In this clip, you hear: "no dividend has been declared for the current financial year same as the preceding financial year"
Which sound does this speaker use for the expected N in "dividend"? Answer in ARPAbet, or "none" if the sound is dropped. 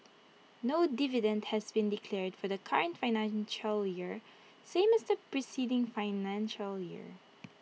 N